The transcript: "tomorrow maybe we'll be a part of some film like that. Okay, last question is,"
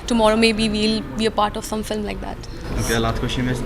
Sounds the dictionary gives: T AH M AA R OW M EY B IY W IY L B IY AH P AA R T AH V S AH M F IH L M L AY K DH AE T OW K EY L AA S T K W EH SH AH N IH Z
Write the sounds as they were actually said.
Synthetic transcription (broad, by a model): T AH M AA R OW M EY B IY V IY L B IY AH P AA R T AH V S AH M F IH L M L AY K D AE T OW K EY L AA T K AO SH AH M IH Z